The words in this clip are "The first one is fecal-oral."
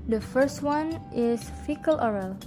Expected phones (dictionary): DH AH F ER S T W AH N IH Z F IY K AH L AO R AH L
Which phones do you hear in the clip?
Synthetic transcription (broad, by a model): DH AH F ER S T W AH N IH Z F IY K AH L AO R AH L